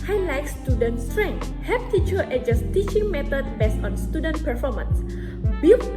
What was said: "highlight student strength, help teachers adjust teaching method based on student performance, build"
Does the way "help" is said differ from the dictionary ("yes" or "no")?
yes